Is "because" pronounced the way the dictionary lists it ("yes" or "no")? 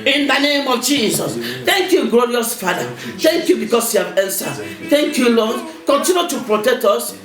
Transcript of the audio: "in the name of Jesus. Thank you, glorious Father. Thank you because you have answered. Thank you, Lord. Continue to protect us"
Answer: no